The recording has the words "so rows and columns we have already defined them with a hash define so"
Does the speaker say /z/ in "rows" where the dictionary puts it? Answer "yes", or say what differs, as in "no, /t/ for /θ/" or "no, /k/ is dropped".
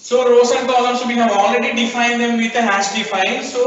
no, /s/ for /z/